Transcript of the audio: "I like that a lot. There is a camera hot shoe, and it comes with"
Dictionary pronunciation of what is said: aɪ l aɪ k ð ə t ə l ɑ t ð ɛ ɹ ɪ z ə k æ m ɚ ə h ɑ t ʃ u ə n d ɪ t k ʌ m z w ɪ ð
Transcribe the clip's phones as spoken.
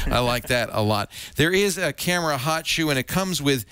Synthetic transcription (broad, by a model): aɪ l aɪ k ð ə t ə l ɑ t ð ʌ ɹ ɪ z ə k æ m ɚ ə h ɑ t ʃ u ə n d ɪ t k ʌ m z w ɪ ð